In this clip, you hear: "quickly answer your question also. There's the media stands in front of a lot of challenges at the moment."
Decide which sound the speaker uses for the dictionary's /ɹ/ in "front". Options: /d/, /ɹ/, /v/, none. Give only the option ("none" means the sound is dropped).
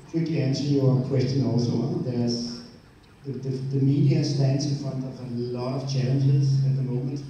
none